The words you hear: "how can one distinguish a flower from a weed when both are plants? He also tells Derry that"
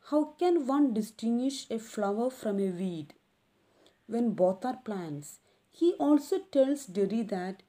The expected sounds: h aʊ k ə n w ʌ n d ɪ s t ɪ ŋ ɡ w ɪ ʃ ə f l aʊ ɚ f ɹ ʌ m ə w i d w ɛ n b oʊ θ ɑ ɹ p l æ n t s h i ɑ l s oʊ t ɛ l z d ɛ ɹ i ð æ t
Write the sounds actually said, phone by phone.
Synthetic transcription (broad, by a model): h aʊ k ə n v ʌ n d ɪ s t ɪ ŋ ɡ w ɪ ʃ ə f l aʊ ɚ f ɹ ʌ m ə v i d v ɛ n b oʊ t ɑ ɹ p l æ n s h i ɑ l s oʊ t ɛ l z d ɛ ɹ i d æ t